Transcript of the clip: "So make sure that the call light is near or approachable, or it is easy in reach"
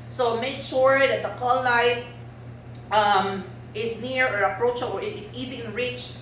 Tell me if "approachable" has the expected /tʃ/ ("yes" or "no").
no